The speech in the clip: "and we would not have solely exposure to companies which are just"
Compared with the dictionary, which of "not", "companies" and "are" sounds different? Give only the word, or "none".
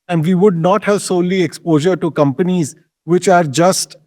none